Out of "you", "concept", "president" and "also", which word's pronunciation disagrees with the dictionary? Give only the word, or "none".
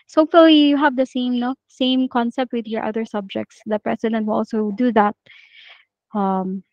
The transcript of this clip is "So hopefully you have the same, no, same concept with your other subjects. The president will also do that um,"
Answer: president